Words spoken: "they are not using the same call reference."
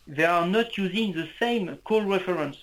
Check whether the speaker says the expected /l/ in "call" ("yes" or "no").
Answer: yes